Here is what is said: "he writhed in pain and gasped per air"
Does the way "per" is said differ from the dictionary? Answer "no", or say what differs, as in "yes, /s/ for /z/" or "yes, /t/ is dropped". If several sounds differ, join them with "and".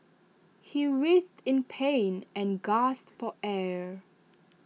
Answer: yes, /f/ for /p/